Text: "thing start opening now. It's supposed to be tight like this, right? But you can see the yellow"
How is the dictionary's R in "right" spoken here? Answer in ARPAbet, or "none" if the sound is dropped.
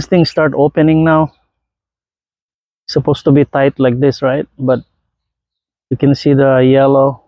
R